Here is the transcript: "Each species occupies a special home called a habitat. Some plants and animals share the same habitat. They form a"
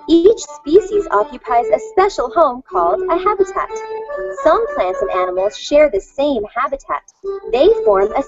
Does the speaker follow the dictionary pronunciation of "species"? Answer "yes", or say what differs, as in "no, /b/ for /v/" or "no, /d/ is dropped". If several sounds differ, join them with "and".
yes